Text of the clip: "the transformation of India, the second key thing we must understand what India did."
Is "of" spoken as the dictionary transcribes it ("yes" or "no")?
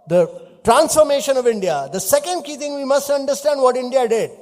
yes